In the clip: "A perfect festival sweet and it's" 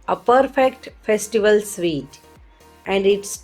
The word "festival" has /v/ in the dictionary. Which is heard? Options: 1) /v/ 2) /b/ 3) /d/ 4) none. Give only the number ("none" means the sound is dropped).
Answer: 1